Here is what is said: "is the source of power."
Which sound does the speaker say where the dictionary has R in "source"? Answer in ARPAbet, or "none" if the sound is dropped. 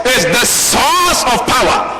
L